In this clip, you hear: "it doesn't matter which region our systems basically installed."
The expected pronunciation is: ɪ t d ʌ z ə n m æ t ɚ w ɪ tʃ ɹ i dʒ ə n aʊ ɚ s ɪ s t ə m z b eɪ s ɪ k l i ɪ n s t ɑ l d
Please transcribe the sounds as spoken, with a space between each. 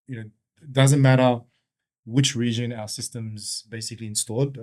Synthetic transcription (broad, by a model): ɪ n d ʌ z ə n m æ t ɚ w ɪ tʃ ɹ i dʒ ə n aʊ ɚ s ɪ s t ə m z b eɪ s ɪ k l i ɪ n s t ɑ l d